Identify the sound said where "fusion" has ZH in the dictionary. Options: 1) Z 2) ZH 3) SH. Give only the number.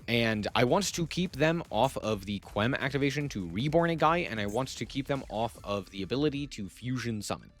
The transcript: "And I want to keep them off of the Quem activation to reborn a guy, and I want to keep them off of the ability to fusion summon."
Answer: 2